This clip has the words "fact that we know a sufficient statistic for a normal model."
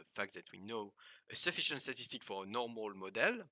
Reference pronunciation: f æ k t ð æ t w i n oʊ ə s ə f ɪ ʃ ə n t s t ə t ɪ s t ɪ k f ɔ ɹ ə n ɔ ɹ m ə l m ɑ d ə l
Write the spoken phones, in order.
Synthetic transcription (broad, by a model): f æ k t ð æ t w i n oʊ ə s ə f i ʃ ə n t s t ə t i s t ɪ k f ɔ ɹ ə n ɔ ɹ m ə l m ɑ d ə l